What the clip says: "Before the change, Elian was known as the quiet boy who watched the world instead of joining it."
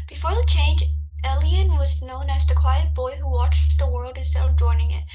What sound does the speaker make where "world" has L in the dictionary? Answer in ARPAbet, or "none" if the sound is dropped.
L